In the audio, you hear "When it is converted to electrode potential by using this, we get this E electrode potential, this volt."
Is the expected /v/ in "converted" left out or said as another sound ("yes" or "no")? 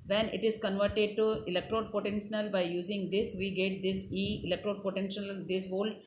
no